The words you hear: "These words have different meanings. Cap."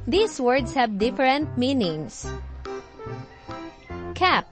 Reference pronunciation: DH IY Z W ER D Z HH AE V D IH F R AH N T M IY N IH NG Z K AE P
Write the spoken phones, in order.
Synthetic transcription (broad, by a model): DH IY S W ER D S HH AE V D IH F R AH N T M IY N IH NG S K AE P